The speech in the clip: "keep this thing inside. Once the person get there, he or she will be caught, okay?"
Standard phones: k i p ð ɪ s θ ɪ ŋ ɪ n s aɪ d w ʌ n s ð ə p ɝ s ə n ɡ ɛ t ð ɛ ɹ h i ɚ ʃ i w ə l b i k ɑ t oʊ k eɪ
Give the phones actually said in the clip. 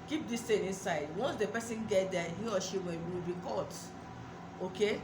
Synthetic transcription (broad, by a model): k i p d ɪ s t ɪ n ɪ n s aɪ d w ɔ n s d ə p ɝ s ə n ɡ ɛ t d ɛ h i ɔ ʃ i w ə w b i k ɑ t oʊ k eɪ